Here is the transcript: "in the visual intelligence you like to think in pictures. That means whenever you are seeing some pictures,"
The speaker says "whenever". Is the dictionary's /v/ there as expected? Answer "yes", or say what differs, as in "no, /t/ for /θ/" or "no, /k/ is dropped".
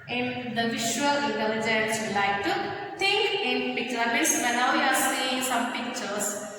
no, /v/ is dropped